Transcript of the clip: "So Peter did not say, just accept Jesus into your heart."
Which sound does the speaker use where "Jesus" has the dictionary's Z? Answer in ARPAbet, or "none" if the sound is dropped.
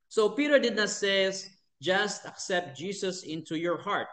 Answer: S